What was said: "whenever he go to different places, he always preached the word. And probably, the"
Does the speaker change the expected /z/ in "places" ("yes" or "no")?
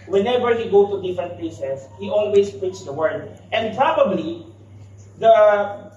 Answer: yes